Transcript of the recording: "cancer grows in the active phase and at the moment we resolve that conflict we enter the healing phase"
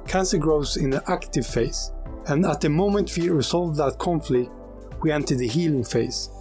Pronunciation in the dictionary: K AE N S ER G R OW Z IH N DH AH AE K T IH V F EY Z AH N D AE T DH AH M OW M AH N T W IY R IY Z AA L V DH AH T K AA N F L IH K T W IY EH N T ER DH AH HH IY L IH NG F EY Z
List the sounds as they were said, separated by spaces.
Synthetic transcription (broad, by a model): K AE N S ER G R OW Z IH N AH AE K T IH V F EY S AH N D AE T DH AH M OW M AH N T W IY R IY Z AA L V DH AH T K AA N F L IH K T W IY EH N T ER DH AH HH IY L IH NG F EY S